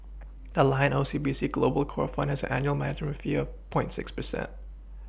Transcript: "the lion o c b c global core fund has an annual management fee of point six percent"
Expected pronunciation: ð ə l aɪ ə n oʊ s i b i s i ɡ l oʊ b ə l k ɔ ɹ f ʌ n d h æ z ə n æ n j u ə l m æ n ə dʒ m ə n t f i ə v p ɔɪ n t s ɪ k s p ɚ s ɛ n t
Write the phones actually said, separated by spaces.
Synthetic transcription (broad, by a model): ð ə l aɪ ə n oʊ s i b i s i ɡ l oʊ b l k ɔ ɹ f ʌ n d h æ z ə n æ n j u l m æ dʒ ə m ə f i ə v p ɔɪ n t s ɪ k s p ɚ s ɛ n t